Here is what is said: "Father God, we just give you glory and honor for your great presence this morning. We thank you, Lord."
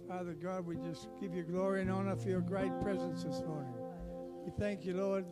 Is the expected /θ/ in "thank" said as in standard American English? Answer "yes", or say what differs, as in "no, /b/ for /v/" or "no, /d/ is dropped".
yes